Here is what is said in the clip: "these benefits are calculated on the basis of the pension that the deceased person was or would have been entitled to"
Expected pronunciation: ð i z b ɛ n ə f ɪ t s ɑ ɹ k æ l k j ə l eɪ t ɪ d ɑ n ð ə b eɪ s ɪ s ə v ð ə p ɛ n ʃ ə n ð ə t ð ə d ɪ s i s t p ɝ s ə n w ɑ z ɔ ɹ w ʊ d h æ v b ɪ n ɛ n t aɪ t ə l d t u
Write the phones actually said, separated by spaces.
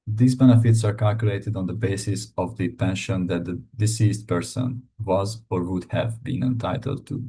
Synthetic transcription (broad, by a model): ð i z b ɛ n ə f ɪ t s ɑ ɹ k æ l k j ə l eɪ t ɪ d ɑ n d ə b eɪ s ɪ s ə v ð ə p ɛ n ʃ ə n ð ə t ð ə d ɪ s i s t p ɝ s ə n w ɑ z ɔ ɹ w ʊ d h æ v b ɪ n ɛ n t aɪ t ə l d t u